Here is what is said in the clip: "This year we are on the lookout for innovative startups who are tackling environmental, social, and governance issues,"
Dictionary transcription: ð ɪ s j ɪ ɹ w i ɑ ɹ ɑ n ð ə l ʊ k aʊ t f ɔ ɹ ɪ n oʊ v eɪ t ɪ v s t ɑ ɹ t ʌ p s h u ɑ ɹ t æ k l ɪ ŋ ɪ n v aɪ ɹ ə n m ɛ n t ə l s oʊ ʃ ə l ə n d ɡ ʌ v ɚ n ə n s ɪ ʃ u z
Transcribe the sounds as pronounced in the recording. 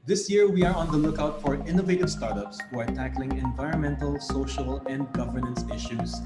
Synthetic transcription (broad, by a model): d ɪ s j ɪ ɹ w i ɑ ɹ ɑ n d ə l ʊ k aʊ t f ɔ ɹ ɪ n oʊ v eɪ t ɪ v s t ɑ ɹ t ʌ p s h u ɑ ɹ t æ k l ɪ ŋ ɪ n v aɪ ɹ ə n m ɛ n t ə l s oʊ ʃ ə l ə n d ɡ ʌ v ɚ n ə n s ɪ ʃ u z